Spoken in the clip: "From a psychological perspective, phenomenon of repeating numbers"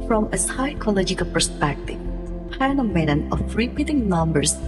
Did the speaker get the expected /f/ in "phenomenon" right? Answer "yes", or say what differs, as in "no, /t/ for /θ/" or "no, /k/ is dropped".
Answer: no, /p/ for /f/